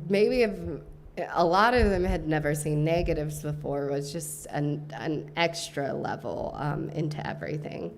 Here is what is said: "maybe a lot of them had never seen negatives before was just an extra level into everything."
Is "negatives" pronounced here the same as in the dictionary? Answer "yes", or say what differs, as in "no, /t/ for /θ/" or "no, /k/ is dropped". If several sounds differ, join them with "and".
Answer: yes